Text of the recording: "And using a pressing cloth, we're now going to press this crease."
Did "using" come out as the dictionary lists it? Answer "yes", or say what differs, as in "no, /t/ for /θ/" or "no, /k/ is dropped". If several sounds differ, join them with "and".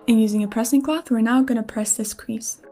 yes